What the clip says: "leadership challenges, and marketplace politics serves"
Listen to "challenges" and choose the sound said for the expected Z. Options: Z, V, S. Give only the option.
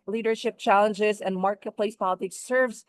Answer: Z